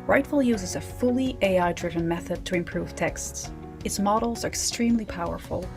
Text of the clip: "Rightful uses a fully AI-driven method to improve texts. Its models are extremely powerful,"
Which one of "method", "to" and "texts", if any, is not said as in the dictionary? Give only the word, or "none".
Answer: none